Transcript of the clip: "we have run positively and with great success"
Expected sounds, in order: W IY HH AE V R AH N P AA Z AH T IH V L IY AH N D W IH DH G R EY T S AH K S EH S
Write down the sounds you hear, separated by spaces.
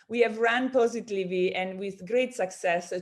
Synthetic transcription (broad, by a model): W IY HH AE V R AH N P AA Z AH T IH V IY AH N D W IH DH G R EY T S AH K S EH S